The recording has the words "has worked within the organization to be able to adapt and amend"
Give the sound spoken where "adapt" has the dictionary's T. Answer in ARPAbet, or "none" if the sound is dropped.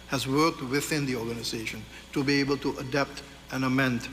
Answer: T